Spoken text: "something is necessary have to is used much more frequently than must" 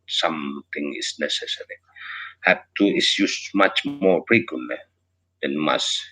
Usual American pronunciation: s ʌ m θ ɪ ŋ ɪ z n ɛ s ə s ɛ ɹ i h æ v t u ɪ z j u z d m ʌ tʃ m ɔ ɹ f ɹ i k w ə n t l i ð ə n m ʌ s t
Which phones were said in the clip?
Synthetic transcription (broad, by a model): s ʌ m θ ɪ ŋ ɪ s n ɛ s ə s ɛ ɹ i h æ p t u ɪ s j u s m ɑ tʃ m ɔ ɹ p ɹ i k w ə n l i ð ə n m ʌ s